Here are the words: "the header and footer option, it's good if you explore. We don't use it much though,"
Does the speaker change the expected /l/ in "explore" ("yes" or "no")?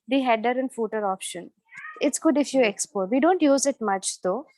yes